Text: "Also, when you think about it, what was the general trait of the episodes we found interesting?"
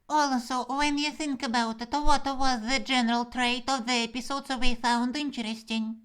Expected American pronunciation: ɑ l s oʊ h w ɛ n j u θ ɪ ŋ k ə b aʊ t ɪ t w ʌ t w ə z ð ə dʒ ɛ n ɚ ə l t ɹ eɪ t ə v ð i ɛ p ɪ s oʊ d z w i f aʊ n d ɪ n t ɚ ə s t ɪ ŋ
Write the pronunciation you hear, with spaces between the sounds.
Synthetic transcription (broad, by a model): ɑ l s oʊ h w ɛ n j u θ ɪ ŋ k ə b aʊ t ɪ t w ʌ t w ə z ð ə dʒ ɛ n ɚ ə l t ɹ eɪ t ə v ð i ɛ p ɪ s oʊ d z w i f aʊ n d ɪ n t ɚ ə s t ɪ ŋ